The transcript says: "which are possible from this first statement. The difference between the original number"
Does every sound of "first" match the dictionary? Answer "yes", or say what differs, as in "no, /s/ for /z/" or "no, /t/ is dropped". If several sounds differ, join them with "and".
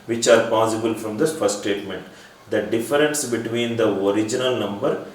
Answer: no, /s/ is dropped